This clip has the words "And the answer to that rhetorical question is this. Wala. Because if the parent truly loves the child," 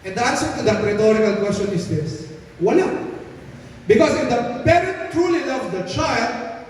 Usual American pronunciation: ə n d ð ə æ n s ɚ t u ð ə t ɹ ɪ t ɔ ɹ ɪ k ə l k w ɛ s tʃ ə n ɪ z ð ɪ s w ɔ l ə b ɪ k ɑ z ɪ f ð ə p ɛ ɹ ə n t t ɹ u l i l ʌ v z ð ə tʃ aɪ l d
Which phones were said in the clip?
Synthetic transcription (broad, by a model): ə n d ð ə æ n s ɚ t u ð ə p ɹ ɪ t ɔ ɹ ɪ k ə l k w ɛ s tʃ ə n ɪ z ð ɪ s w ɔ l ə b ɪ k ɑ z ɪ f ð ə p ɛ ɹ ə n t t ɹ u l i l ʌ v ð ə tʃ aɪ l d